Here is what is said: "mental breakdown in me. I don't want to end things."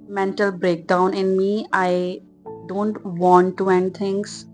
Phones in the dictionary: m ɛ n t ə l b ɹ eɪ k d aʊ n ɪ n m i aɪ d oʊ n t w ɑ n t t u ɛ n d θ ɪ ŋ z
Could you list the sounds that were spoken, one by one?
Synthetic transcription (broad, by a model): m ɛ n t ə l b ɹ eɪ k d aʊ n ɪ n m i aɪ d oʊ n t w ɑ n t t u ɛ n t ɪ ŋ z